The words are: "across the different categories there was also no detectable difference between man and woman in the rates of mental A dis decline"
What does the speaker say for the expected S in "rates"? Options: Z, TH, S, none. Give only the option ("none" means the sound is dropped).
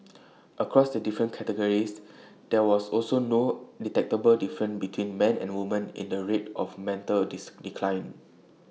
none